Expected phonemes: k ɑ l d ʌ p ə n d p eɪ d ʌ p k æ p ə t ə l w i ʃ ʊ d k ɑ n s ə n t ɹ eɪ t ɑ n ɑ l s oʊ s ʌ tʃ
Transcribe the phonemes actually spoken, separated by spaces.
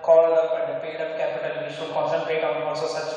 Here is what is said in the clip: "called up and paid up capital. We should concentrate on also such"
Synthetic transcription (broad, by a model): k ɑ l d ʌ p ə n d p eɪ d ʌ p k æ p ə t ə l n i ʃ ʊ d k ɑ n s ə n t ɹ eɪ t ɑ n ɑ s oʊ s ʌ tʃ